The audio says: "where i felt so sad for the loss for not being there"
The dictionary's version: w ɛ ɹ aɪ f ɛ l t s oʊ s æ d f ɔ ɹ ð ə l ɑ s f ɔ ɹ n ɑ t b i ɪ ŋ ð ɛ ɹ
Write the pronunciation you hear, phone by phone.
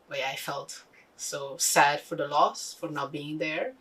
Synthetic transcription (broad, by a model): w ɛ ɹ aɪ f ɛ l t s oʊ s æ d f ɔ ɹ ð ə l ɑ s f ɔ ɹ n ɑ b i ɪ ŋ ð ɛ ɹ